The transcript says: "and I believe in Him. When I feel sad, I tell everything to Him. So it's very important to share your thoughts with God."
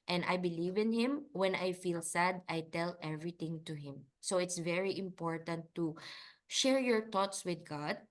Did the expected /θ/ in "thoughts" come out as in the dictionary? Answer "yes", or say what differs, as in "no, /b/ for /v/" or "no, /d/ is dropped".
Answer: no, /t/ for /θ/